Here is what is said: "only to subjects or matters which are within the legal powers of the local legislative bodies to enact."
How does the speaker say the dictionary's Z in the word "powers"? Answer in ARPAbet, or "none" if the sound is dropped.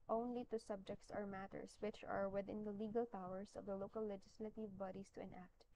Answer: S